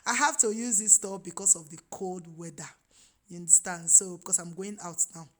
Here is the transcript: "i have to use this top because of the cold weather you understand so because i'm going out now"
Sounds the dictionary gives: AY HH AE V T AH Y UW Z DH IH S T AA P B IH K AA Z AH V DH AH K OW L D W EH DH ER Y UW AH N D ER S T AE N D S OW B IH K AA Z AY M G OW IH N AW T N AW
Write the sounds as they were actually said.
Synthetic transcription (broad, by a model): AY HH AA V T AH Y UW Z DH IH S T AA B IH K AA S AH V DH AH K OW L D W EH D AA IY N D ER S T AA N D S OW B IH K AA S AY M G OW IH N AW T N AW